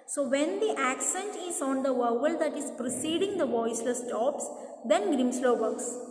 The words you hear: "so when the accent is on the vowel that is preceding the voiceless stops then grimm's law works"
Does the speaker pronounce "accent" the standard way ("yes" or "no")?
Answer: yes